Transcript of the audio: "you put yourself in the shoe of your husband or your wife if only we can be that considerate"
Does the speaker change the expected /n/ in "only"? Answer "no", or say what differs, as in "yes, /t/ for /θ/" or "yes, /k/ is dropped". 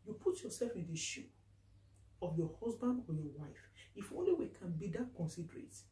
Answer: no